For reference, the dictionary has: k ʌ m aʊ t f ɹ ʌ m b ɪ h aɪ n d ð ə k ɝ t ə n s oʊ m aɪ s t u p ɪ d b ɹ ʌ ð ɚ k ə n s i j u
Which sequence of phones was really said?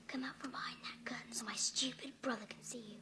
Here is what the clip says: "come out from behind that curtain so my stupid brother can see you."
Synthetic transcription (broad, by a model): k ʌ m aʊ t f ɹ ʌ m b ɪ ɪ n ð ə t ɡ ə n s oʊ m aɪ s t u p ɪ d b ɹ ʌ ð ɚ k n s i j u